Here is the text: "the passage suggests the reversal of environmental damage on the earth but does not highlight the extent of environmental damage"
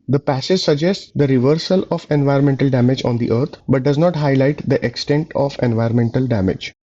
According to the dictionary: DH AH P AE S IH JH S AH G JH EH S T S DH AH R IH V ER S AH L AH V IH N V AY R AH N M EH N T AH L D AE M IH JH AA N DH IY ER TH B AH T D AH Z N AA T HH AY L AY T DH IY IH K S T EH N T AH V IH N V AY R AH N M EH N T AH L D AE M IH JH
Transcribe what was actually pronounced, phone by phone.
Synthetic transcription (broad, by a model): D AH P AE S IH JH S AH G JH EH S T S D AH R IH V ER S AH L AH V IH N V AY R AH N M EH N T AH L D AE M IH JH AA N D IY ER T B AH T D AH Z N AA T HH AY L AY T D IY IH K S T EH N T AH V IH N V AY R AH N M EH N T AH L D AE M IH JH